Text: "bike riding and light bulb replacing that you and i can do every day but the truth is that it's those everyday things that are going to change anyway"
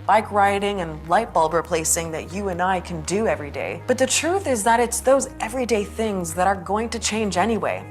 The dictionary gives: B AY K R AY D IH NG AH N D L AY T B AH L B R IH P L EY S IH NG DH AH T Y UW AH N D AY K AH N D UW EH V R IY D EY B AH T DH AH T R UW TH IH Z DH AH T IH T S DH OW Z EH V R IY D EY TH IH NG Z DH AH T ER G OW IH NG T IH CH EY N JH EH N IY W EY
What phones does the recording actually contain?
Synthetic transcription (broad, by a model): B AY K R AY D IH NG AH N L AY T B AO L R IH P L EY S IH NG DH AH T Y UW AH N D AY K AH N D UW EH V R IY D EY B AH T DH AH T R UW TH IH Z DH AH T IH T S DH OW Z EH V R IY D EY TH IH NG Z DH AH T ER G OW IH NG T IH CH EY N JH EH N IY W EY